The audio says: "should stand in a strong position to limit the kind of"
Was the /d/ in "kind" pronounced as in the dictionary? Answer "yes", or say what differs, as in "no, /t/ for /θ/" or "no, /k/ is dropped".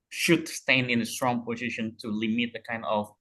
yes